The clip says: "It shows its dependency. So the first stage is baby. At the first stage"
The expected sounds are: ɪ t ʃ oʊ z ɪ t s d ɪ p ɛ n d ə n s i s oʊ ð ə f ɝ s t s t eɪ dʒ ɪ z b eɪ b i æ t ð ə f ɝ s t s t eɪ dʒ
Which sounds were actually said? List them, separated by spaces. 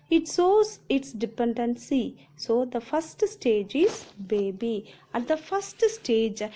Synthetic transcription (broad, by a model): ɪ t s oʊ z ɪ t s d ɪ p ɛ n d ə n s i s oʊ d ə f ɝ s t s t eɪ dʒ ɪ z b eɪ b i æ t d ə f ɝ s t s t eɪ dʒ